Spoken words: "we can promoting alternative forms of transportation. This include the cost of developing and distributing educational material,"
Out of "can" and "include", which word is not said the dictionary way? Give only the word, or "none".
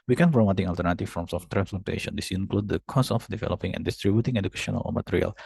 none